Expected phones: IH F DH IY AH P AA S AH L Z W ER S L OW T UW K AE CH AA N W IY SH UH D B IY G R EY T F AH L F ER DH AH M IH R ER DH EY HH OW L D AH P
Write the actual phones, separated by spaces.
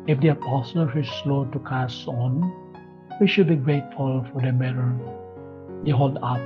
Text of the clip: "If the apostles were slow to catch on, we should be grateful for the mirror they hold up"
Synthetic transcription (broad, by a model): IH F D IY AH P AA S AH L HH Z S L OW T UW K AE S AA N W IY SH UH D B IY G R EY T F AH L F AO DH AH M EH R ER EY HH OW L D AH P